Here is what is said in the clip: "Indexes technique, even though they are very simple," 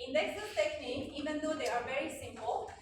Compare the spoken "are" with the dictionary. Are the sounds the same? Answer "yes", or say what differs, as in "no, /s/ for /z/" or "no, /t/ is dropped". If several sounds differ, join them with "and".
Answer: yes